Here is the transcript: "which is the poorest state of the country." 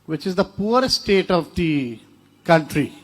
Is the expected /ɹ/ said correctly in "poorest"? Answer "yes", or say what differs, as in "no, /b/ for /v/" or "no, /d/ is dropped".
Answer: no, /ɹ/ is dropped